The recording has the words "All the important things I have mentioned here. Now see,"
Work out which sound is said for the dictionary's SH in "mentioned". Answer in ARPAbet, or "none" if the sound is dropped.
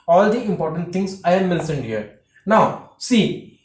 S